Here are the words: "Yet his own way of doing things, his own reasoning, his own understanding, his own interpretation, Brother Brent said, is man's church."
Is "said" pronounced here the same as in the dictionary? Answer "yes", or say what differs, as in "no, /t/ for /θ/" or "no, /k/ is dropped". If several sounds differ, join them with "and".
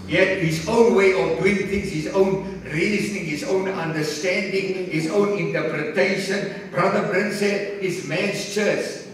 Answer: no, /d/ is dropped